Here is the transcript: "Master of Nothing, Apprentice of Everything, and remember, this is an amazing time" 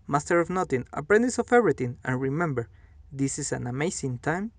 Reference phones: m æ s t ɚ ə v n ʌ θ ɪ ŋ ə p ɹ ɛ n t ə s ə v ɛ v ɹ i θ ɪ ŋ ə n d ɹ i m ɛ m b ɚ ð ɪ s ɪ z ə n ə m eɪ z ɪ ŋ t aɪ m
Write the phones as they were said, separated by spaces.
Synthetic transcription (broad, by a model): m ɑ s t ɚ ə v n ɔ t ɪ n ə p ɹ ɛ n t ə s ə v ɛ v ɹ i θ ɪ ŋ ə n ɹ i m ɛ m b ɚ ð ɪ s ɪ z ə n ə m eɪ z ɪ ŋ t aɪ m